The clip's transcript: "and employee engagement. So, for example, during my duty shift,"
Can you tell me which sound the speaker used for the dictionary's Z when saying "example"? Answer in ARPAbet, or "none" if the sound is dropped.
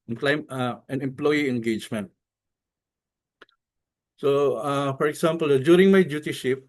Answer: S